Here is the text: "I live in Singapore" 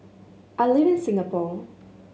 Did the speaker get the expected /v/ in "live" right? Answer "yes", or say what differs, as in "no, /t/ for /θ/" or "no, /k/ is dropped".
yes